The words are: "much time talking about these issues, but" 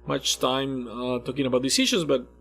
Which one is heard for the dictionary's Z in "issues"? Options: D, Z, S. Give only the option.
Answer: Z